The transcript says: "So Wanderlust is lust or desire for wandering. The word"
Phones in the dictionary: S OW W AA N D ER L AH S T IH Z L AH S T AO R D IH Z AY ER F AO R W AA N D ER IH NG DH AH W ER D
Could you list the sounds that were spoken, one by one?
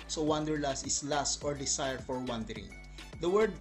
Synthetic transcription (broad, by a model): S OW W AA N D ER L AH S IH S L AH S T AO R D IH S AY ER F AO R W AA N D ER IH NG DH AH W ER D